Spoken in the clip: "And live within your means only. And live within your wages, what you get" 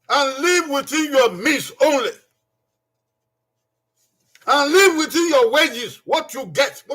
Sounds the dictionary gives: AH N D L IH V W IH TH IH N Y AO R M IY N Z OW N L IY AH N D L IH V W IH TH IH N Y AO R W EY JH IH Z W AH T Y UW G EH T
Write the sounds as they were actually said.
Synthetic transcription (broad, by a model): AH N L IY V W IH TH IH N Y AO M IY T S OW N L IY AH N L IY V W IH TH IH N Y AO W EY JH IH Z W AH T Y UW G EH T